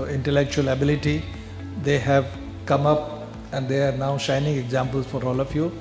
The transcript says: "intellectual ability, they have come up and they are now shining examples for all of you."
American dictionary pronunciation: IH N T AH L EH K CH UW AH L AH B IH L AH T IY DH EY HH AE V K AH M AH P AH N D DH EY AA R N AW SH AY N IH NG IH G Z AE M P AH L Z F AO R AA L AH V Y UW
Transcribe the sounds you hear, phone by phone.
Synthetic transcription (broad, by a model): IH N T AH L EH K CH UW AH L AH B IH L AH T IY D EY HH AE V K AH M AH P AH N D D EY AA R N AW SH AY N IH NG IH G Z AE M P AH L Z F AO R AA L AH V Y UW